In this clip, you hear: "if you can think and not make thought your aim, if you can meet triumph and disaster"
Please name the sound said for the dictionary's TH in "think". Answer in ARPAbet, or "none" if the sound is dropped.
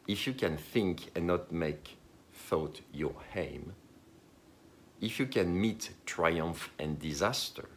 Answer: TH